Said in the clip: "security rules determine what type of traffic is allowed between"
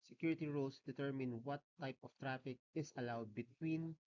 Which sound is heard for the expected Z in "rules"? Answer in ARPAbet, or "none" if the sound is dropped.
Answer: S